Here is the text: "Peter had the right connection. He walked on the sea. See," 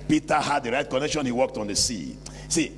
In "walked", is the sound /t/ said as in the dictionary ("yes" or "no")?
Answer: yes